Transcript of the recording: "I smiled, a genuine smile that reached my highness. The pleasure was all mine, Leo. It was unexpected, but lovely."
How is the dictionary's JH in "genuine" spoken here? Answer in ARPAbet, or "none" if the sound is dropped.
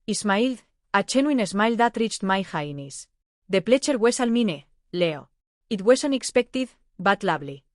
CH